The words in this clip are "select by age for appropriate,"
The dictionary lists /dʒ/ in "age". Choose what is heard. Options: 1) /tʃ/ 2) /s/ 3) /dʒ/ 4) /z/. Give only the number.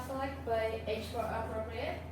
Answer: 1